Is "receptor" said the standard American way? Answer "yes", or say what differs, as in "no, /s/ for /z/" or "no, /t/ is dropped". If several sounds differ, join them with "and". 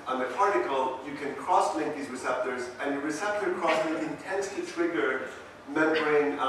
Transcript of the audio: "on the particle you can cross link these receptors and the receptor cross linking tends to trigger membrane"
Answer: yes